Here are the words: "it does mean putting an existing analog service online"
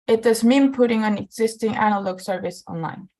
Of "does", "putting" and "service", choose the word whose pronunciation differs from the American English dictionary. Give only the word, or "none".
none